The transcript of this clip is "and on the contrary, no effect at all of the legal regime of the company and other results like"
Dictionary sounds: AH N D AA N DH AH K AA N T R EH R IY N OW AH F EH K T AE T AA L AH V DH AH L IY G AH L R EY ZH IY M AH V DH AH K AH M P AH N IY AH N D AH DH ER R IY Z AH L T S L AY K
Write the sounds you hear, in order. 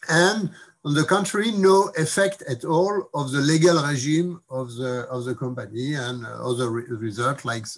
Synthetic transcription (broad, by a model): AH N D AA N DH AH K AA N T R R IY N OW AH F EH K T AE T AA L AH V DH AH L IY G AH L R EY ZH IY M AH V DH AH K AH M P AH N IY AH N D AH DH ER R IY Z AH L T L AY K